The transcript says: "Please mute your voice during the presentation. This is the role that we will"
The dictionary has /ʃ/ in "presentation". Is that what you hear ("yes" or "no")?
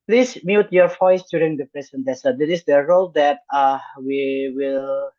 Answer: no